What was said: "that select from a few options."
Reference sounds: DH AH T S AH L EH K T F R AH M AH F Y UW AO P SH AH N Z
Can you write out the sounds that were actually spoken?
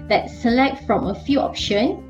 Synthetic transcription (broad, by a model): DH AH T S AH L EH K T F R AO M AH F Y UW AO P SH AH N